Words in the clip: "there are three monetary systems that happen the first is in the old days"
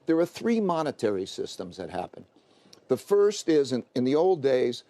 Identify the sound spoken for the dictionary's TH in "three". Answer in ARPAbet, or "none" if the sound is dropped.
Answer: TH